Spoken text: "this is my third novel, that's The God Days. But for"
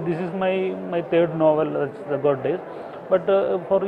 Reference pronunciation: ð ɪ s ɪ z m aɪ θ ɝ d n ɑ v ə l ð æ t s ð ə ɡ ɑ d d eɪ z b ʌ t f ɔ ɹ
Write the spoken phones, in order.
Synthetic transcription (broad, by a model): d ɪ s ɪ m m aɪ t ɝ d n ɑ v ə l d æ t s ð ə ɡ ɑ d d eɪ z b ʌ t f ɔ ɹ